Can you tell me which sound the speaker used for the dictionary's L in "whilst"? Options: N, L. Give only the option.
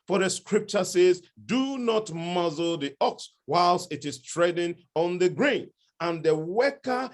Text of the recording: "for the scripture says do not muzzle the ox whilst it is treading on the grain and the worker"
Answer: L